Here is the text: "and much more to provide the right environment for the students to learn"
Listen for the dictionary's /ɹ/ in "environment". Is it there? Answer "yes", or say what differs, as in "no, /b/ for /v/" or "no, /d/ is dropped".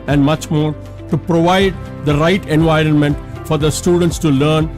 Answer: yes